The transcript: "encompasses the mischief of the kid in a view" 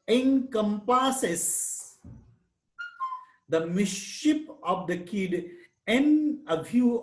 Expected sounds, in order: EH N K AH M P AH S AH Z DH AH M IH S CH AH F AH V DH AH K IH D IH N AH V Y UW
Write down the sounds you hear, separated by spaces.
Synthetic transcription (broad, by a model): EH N K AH M P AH S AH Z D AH M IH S SH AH P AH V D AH K IH D IH N AH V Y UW